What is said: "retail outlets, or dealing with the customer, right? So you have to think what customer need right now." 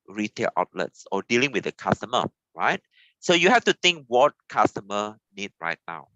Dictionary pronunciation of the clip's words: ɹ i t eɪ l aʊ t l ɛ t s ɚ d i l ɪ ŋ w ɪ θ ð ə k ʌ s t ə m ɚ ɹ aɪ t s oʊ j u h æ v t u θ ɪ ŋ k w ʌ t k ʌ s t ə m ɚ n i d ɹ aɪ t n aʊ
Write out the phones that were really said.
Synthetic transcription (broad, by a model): ɹ i t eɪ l aʊ t l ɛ t s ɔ d i l ɪ ŋ w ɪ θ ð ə k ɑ s t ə m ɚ ɹ aɪ t s oʊ j u h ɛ f t u t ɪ ŋ k w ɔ t k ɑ s t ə m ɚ n i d ɹ aɪ t n aʊ